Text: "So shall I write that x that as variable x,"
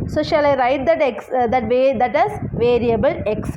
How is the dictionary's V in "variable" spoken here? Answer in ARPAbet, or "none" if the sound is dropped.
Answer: V